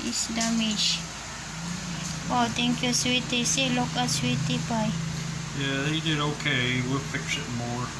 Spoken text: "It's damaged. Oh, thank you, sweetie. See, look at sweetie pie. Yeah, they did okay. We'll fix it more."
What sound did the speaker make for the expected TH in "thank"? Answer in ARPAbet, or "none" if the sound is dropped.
T